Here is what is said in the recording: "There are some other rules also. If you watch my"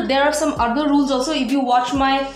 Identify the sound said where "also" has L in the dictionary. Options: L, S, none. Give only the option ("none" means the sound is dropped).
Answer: none